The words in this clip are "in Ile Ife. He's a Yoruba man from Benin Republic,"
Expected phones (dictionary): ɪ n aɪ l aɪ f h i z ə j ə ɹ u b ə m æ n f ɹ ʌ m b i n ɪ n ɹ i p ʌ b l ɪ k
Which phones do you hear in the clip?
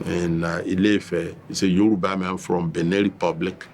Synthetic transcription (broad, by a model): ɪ n aɪ l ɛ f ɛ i s ə j ə ɹ u b ə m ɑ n f ɹ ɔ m b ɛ n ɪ ɹ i p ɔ b l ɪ k